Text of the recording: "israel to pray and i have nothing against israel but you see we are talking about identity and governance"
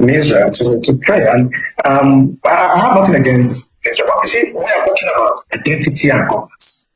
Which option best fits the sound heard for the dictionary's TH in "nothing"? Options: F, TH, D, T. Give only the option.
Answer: T